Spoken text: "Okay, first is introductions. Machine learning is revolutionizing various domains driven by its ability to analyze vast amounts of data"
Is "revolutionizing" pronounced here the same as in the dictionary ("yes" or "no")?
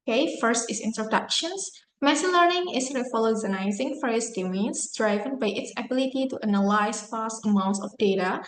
no